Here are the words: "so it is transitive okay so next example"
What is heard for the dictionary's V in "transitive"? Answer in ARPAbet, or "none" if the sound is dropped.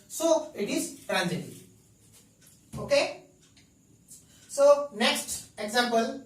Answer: none